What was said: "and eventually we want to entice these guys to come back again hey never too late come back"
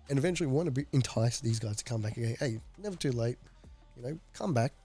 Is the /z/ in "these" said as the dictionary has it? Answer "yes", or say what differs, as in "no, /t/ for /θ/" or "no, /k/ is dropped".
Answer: yes